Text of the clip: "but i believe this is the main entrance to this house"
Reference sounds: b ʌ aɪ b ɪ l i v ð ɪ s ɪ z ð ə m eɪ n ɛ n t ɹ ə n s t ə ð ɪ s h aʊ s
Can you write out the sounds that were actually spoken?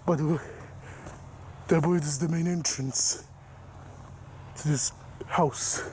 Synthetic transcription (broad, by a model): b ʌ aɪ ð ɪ w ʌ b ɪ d ɪ z ð ə m eɪ n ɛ n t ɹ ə n s t ə ð ɪ s h aʊ s